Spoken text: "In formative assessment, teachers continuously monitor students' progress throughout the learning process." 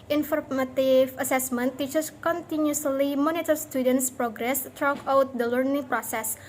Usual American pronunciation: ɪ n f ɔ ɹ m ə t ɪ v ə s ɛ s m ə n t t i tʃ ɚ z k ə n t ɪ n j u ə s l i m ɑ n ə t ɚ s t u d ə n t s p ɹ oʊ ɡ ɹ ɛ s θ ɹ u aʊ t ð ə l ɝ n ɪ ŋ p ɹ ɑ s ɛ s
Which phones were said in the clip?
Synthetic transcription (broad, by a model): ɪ n f ɔ ɹ m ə t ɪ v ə s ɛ s m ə n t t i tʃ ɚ s k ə n t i n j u s l i m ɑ n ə t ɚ s t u d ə n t s p ɹ oʊ ɡ ɹ ɛ s t ɹ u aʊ t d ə l ɝ n ɪ ŋ p ɹ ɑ s ɛ s